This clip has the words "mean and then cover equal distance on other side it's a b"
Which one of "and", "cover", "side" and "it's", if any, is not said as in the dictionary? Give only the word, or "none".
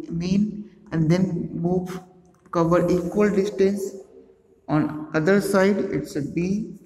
it's